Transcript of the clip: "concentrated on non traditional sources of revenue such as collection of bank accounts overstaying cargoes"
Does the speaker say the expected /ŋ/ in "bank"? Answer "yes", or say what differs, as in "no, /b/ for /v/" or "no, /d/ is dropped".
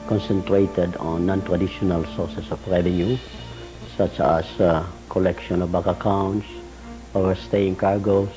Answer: no, /ŋ/ is dropped